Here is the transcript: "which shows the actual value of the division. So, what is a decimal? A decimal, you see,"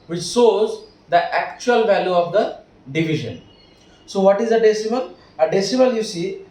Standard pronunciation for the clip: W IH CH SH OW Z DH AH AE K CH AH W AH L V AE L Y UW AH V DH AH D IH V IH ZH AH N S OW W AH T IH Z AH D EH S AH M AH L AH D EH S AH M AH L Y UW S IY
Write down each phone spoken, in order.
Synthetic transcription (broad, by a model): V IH CH S OW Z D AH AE K CH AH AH L V AE L Y UW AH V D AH D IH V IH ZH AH N S OW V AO T IH Z AH D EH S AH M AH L AH D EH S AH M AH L Y UW S IY